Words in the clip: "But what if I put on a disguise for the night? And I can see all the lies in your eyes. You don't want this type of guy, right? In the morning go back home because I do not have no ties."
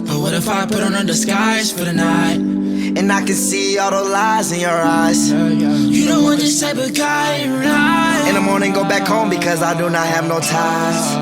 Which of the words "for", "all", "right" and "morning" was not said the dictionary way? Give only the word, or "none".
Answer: right